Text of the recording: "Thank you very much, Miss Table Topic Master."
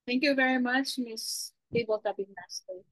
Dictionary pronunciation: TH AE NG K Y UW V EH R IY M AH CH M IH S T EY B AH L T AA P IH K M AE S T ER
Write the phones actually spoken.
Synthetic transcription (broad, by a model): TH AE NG K Y UW V EH R IY M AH CH M IH S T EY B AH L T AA B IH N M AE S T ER